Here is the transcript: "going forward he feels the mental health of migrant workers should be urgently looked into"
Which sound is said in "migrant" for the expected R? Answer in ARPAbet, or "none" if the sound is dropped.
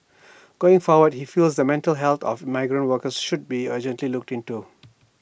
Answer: R